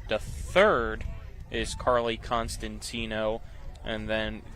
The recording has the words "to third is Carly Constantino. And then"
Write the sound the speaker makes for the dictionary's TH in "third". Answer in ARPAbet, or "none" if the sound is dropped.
TH